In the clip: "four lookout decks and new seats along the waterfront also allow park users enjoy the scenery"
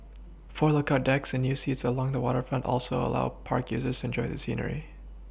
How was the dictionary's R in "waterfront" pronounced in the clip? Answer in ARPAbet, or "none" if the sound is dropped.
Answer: R